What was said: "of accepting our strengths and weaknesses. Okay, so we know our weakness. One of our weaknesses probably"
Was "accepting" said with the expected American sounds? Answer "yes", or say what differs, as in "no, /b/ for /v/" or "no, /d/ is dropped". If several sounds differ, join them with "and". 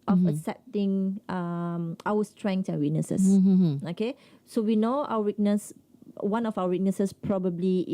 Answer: no, /k/ is dropped